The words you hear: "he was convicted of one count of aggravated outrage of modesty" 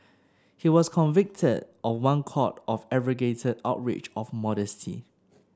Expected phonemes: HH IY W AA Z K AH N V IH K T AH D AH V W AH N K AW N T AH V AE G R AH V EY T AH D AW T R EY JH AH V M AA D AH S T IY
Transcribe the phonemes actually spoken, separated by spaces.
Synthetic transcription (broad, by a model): HH IY W AA S K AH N V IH K T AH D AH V W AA N K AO T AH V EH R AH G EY T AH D AW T R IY CH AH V M AA D AH S T IY